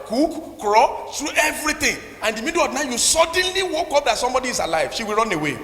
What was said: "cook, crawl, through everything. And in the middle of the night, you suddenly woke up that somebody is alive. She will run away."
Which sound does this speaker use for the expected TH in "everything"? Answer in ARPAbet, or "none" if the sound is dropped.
T